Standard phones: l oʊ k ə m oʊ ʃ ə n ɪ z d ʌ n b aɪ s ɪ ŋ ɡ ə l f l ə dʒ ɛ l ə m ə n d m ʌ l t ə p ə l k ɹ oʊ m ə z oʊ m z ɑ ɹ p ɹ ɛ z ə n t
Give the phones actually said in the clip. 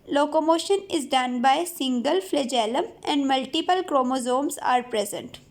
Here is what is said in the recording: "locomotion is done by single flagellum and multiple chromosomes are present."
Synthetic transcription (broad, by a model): l oʊ k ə m oʊ ʃ ə n ɪ z d ʌ n b aɪ s ɪ ŋ ɡ ə l f l ə dʒ ɛ l ə m ə n d m ʌ l t ə p ə l k ɹ oʊ m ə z oʊ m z ɑ ɹ p ɹ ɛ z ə n t